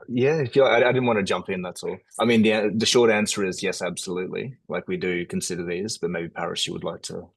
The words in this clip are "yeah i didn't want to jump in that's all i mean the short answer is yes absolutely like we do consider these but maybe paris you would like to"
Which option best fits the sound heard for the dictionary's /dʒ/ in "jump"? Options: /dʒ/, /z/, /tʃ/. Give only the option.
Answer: /dʒ/